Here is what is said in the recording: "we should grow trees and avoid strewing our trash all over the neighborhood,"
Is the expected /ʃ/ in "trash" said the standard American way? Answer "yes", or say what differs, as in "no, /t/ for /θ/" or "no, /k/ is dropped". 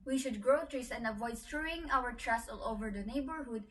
no, /s/ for /ʃ/